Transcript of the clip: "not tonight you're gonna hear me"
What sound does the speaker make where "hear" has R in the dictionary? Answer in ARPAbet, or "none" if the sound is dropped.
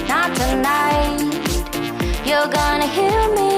L